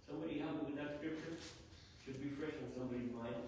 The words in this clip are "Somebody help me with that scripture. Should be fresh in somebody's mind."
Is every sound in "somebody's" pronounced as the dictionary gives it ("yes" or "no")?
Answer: no